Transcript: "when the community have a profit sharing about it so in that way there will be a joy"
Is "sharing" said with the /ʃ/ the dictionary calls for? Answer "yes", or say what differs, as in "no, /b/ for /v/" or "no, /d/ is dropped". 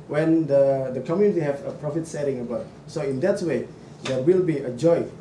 no, /s/ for /ʃ/